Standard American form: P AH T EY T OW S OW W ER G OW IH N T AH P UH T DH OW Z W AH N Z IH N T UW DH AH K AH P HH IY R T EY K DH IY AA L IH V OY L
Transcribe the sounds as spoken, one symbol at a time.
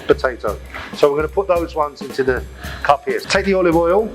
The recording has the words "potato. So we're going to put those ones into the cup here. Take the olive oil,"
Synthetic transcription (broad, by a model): P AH T EY T OW S OW W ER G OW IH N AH P UH T DH OW Z W AH N Z IH N T UW DH AH K AH P HH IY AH T EY K DH IY AA L IH V OY L